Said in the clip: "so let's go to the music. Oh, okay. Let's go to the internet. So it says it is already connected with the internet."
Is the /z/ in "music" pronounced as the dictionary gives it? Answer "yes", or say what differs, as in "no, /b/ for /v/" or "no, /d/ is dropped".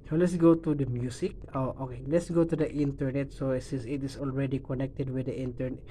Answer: no, /s/ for /z/